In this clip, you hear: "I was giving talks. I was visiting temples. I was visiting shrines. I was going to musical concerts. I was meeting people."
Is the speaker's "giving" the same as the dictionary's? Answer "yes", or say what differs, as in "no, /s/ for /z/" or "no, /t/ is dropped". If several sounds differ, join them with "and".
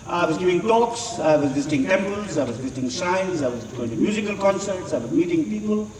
no, /v/ is dropped